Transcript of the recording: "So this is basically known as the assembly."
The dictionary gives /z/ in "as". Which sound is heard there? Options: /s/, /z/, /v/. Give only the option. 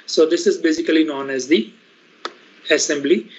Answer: /z/